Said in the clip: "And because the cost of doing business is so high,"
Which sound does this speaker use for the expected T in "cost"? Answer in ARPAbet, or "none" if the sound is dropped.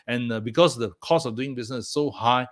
none